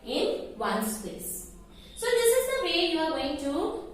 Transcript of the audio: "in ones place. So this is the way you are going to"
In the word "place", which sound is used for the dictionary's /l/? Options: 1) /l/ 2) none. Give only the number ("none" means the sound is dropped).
2